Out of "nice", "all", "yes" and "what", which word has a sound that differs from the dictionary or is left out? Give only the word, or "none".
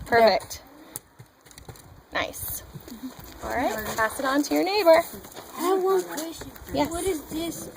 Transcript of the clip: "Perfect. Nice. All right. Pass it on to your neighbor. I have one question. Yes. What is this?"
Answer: yes